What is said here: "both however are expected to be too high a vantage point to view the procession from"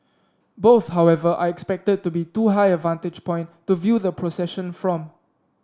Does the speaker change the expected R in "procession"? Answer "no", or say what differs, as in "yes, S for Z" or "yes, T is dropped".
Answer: no